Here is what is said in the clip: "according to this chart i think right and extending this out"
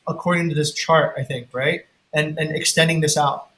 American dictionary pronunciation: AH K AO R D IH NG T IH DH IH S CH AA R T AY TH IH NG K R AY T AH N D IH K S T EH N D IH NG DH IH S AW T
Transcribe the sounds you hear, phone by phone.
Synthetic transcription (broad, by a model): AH K AO R D IH NG T IH DH IH S CH AA R T AY TH IH NG K R AY T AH N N IH K S T EH N D IH NG DH IH S AW T